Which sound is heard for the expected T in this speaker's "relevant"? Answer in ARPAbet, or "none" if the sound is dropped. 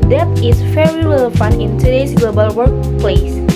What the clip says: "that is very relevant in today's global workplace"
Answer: none